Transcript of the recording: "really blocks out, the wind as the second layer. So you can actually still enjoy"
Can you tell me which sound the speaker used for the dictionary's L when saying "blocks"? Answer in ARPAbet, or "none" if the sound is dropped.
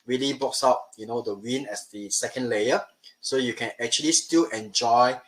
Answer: none